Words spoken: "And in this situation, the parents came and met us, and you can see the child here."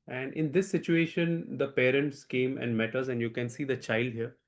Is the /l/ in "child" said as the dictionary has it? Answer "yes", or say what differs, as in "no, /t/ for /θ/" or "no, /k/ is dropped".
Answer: yes